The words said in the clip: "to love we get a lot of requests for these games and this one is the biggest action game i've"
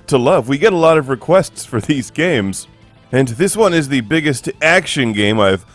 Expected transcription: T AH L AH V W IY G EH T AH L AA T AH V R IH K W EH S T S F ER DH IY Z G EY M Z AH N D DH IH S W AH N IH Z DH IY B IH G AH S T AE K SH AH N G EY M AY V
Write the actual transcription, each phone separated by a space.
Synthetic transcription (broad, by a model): T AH L AH V W IY G EH T AH L AA T AH V R IH K W EH S T S F ER DH IY Z G EY M Z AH N DH IH S W AH N IH Z DH IY B IH G AH S T AE K SH AH N G EY M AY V